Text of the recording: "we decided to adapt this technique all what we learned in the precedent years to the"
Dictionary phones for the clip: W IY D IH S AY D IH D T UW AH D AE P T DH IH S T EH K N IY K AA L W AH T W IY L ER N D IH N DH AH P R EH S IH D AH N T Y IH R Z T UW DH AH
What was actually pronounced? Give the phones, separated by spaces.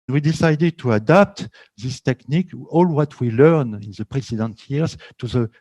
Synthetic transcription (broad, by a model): W IY D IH S AY D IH D T UW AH D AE P T DH IH S T EH K N IY K AA L W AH T W IY L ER N IH N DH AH P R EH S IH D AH N T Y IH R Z T UW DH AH